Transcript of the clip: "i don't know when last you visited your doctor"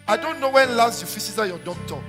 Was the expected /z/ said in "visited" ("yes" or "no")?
no